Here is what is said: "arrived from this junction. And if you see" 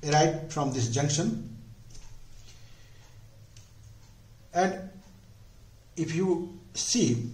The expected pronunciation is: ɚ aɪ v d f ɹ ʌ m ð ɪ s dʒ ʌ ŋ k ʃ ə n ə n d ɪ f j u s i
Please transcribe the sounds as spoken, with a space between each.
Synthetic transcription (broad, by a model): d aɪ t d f ɹ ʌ m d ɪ s dʒ ʌ ŋ k ʃ ə n ə n d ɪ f j u s i